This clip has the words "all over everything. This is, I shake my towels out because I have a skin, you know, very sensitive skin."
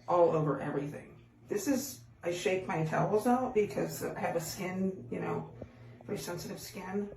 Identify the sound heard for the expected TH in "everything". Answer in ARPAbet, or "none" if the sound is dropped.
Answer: TH